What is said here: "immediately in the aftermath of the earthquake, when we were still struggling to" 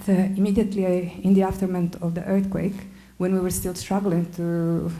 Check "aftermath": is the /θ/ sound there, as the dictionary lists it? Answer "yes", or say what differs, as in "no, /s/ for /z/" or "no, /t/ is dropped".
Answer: no, /t/ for /θ/